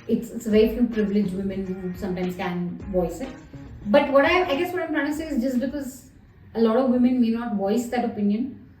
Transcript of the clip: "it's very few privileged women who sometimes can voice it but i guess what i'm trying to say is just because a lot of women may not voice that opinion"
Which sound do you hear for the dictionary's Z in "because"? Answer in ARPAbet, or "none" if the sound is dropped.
Z